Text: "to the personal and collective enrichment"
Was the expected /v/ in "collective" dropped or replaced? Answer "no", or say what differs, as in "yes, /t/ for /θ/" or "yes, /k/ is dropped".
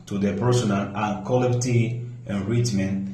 yes, /v/ is dropped